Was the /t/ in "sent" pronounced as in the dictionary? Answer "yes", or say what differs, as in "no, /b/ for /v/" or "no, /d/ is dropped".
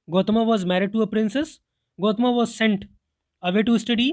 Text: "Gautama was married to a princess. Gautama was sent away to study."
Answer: yes